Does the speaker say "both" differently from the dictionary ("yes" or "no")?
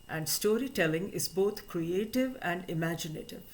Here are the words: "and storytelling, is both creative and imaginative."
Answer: yes